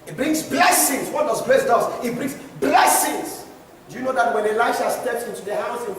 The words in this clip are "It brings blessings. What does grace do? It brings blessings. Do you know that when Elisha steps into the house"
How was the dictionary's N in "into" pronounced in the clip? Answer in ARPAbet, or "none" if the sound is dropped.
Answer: N